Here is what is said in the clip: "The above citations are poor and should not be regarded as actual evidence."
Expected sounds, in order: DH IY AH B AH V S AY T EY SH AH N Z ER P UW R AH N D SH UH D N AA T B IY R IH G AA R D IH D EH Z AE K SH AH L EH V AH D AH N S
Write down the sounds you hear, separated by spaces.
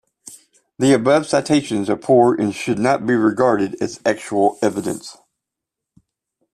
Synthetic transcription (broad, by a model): DH IY AH B AH V S AY T EY SH AH N Z ER P UW R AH N SH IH D N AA T B IY R IH G AA R D IH D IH Z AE K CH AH L EH V AH D AH N S